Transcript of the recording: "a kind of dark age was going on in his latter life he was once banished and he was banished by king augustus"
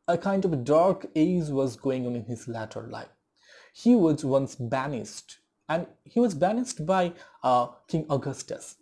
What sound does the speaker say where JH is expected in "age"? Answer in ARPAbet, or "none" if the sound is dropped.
Z